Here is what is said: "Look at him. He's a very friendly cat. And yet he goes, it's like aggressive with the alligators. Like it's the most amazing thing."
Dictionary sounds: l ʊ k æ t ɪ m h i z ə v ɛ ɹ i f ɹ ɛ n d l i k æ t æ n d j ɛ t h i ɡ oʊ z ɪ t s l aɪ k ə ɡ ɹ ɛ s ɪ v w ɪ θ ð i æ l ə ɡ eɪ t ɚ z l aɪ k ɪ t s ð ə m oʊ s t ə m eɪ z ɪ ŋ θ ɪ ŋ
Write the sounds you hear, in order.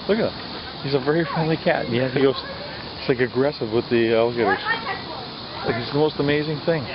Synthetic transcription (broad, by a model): l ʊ k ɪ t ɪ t h i z ə v ɛ ɹ i f ɹ ɛ n d l i k æ t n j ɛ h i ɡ oʊ ɪ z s l aɪ k ə ɡ ɹ ɛ s ɪ v w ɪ ð i æ l ə ɡ eɪ t ɚ z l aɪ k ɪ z ð ə m oʊ s t ə m eɪ z ɪ ŋ θ ɪ ŋ